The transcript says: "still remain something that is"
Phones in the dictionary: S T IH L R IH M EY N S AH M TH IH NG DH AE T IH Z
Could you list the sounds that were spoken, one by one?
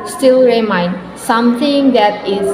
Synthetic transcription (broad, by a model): S T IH L R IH M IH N S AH M T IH NG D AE T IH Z